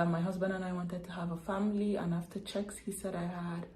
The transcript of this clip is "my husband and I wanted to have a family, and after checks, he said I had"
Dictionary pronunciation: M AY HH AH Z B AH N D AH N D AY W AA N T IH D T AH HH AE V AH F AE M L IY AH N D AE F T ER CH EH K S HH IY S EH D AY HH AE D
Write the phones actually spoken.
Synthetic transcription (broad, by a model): M AY HH AH Z B AH N D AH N AY W AA N T IH D T AH HH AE V AH F AE M L IY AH N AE F T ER CH EH K S HH IY S EH D AY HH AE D